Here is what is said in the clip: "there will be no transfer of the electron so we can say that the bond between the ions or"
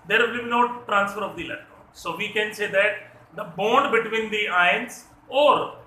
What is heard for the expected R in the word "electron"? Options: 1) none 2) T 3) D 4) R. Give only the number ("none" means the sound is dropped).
1